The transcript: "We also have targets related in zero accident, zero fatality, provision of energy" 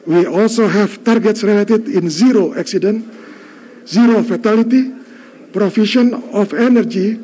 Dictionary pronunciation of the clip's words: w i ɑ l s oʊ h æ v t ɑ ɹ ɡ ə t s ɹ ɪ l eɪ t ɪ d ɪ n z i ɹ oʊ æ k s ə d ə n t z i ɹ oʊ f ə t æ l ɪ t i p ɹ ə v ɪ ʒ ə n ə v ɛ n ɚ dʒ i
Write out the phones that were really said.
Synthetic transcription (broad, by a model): w i ɑ l s oʊ h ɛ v t ɑ ɹ ɡ ə t s ɹ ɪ l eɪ t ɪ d ɪ n z i ɹ oʊ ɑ k s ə d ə n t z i ɹ oʊ f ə t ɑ l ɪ t i p ɹ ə f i ʃ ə n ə f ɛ n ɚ dʒ i